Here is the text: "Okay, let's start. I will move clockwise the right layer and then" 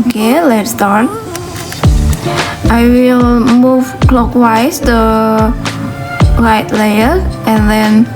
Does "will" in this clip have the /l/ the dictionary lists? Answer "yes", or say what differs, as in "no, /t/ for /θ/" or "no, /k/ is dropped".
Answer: yes